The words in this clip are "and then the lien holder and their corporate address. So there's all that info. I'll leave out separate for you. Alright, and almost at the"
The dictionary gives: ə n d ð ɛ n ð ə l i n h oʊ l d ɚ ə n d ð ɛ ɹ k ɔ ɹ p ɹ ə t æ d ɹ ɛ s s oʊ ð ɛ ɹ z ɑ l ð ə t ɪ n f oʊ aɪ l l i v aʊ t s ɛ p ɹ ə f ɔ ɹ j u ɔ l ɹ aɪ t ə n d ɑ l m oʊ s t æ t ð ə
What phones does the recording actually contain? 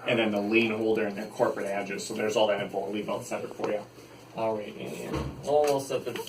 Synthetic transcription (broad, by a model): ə n ð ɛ n ð ə l i n h oʊ l d ɚ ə n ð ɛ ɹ k ɔ ɹ p ɹ ə t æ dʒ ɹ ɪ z s oʊ ð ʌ ɹ z ɑ l ð ə t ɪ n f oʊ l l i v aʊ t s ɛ ɹ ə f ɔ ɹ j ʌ ɔ l ɹ aɪ t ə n ɑ l m oʊ s t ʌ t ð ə